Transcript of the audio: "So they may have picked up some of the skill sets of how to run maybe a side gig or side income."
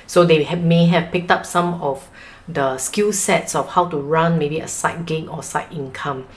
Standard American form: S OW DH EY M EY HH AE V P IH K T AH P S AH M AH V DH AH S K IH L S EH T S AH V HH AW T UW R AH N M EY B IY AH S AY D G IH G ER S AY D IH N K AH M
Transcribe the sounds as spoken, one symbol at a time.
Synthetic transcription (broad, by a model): S OW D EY M EY HH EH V P IH K T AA P S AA M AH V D AH S K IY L S EH T S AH F HH AW T UW R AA N M EY B IY AH S AY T G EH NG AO S AY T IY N K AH M